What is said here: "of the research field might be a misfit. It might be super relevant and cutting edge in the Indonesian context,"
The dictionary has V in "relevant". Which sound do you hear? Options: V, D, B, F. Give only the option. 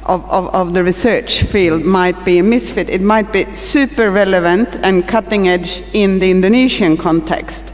V